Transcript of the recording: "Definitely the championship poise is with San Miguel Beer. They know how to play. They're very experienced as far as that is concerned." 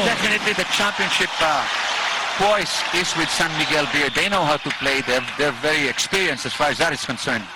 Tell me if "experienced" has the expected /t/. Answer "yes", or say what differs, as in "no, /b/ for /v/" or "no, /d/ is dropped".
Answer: no, /t/ is dropped